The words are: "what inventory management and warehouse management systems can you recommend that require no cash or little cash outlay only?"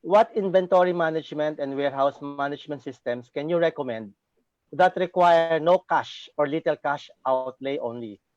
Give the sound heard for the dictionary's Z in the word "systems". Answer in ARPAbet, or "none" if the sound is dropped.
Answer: S